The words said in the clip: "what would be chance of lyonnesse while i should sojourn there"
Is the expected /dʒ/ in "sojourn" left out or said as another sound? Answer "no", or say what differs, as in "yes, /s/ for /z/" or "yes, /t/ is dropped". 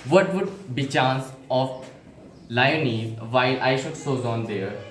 yes, /z/ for /dʒ/